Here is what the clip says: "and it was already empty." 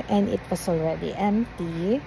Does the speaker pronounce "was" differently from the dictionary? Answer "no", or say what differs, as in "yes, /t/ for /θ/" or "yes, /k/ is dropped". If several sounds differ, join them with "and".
yes, /s/ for /z/